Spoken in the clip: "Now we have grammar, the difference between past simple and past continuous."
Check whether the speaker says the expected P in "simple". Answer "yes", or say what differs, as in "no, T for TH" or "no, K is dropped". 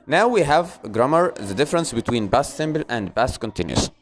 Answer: no, B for P